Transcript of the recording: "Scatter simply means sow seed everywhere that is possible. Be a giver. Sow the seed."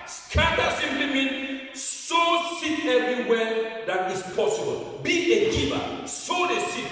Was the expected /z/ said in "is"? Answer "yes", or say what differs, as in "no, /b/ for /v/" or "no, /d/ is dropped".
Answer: no, /s/ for /z/